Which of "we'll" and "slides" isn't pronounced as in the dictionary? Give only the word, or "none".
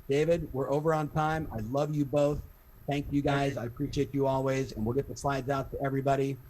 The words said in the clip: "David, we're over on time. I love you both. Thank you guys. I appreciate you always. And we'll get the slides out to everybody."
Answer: none